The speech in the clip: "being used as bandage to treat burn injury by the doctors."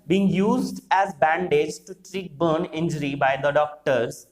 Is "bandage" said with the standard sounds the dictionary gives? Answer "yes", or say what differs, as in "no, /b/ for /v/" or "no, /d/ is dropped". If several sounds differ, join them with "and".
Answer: yes